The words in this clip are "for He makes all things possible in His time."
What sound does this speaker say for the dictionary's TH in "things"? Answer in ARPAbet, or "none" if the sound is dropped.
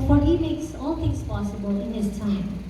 T